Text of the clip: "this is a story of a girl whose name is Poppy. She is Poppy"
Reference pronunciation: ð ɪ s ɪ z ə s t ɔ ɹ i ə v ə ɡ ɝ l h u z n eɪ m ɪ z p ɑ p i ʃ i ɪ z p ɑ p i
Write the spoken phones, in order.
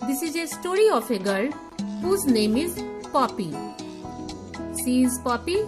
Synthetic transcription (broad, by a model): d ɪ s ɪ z ə s t ɔ ɹ i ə f ə ɡ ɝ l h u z n eɪ m ɪ z p ɑ p i s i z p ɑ p i